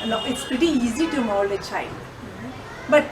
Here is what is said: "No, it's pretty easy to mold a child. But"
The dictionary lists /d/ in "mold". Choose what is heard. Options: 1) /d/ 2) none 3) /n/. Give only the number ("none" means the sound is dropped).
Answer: 2